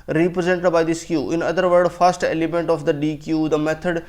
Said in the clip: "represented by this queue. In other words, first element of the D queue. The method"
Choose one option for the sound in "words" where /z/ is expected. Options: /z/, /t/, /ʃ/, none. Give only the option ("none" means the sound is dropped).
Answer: none